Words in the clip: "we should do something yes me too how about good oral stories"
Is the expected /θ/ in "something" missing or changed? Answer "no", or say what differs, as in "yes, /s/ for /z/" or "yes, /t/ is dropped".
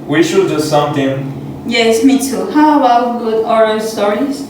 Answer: yes, /t/ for /θ/